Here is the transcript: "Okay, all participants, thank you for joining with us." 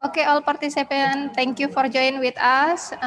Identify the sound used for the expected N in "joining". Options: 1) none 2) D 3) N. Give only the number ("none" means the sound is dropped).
1